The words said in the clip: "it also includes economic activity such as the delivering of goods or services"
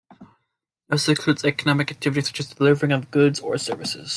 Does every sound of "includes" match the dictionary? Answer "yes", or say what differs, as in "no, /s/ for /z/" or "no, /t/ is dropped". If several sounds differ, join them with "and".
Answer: no, /n/ is dropped